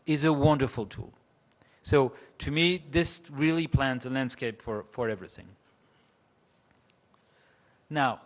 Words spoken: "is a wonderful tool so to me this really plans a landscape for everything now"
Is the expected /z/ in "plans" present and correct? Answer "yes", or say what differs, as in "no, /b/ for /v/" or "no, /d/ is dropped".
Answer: yes